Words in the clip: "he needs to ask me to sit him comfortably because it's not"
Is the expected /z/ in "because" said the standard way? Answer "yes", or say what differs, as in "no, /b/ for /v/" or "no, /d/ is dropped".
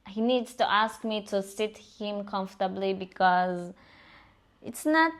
yes